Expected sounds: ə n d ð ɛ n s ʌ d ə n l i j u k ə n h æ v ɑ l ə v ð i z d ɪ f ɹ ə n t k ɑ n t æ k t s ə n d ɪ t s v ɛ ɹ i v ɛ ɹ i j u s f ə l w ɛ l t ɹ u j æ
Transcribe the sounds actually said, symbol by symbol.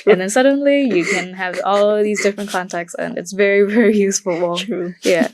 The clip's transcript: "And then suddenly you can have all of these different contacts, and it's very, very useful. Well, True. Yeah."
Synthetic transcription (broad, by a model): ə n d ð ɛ n s ʌ d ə n l i j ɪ k ə n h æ v ɑ l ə v ð i z d ɪ f ɹ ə n k ɑ n t æ k t s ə n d ɪ t s v ɛ ɹ i v ɛ ɹ i j u s f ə l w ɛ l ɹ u j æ